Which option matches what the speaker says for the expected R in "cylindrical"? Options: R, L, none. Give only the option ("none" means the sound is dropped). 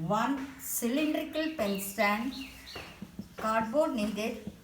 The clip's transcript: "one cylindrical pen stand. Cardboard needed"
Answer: R